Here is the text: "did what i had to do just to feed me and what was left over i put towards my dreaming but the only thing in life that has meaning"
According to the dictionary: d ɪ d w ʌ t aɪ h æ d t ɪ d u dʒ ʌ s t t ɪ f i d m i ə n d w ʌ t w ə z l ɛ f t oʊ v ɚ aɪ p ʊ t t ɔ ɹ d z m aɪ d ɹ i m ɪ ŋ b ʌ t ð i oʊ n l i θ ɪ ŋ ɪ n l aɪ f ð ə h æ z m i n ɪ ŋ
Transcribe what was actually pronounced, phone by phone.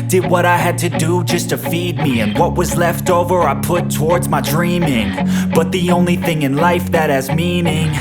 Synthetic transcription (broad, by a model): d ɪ d w ʌ t aɪ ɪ d t ɪ d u dʒ ʌ s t t ɪ f i d m i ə n w ʌ t w ə z l ɛ f t oʊ v ɚ aɪ p ʊ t t ɔ ɹ d z m aɪ d ɹ i m ɪ ŋ b ʌ t ð i oʊ n l i θ ɪ ŋ ɪ n l aɪ f ð ə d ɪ z m i n ɪ ŋ